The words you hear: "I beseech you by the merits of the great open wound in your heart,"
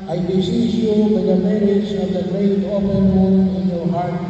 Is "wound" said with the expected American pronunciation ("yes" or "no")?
no